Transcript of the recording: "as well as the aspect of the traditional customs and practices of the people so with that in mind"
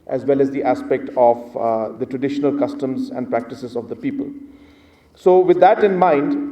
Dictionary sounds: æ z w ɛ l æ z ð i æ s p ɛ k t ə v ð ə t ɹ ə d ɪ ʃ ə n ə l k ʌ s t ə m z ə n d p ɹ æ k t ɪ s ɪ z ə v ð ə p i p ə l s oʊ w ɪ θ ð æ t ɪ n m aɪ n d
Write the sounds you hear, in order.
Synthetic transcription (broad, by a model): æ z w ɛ l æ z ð i æ s p ɛ k t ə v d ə t ɹ ə d ɪ ʃ ə n ə l k ʌ s t ə m z ə n d p ɹ æ k t ɪ s ɪ z ə v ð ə p i p ə l s oʊ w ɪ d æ t ɪ n m aɪ n d